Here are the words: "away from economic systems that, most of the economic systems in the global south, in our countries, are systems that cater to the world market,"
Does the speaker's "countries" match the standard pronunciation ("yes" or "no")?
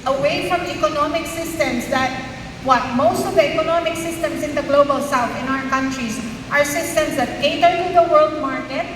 yes